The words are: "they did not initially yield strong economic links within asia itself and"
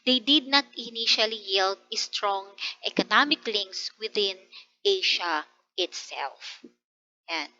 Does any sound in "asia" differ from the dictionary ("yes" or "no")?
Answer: yes